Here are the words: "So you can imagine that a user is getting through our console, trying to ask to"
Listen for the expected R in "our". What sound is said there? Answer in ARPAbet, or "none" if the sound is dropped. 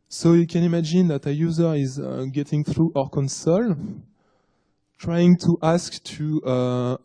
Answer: R